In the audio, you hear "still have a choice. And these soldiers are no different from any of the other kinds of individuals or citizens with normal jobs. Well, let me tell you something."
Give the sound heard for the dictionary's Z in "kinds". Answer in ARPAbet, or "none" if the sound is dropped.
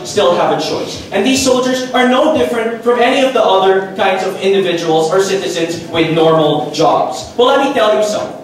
Z